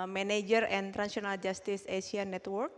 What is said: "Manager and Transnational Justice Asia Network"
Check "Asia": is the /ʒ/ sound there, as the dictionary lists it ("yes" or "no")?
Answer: no